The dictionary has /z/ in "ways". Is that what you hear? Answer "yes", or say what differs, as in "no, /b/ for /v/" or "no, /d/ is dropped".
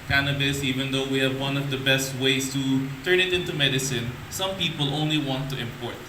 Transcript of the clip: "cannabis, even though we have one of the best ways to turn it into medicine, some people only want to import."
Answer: no, /s/ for /z/